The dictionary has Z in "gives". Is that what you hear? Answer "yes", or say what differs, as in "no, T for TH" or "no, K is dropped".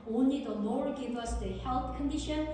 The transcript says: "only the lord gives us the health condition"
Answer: no, Z is dropped